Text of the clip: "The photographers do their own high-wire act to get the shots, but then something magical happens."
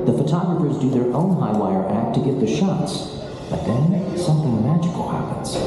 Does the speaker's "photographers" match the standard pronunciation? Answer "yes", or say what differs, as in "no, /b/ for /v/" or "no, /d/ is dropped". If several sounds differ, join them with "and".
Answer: yes